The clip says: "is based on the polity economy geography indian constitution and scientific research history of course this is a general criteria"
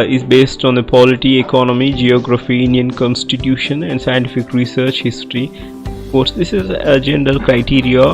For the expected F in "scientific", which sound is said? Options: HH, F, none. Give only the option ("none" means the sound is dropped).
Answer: F